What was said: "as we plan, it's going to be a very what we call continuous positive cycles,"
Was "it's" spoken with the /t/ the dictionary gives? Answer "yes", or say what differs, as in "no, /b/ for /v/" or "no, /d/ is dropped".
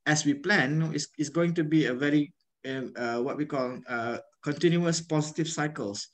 no, /s/ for /t/